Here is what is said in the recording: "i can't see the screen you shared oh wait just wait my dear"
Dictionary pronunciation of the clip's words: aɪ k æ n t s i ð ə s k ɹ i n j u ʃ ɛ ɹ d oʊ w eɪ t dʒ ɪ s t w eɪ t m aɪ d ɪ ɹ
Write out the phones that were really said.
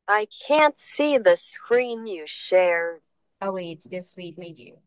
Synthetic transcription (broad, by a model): aɪ k æ n t s i ð ə s k ɹ i n j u ʃ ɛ ɹ oʊ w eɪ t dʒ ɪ s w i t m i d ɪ